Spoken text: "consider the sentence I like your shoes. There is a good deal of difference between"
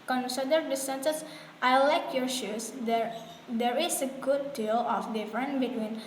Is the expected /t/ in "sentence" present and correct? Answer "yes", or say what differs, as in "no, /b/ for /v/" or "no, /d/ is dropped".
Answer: no, /s/ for /t/